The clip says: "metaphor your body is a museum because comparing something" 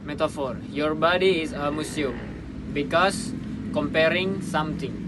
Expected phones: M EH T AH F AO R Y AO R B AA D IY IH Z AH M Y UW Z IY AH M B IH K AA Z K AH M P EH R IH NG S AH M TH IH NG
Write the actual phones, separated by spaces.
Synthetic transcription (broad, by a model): M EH T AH F AO R Y AO R B AA D IY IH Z AH M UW S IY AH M B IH K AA S K AH M P EH R IH NG S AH M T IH NG